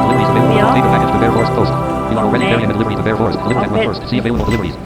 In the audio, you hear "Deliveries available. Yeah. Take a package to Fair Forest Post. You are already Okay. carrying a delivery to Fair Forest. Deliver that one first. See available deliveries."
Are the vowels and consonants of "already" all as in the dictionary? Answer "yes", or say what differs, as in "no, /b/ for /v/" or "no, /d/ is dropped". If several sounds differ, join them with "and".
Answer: no, /ɹ/ is dropped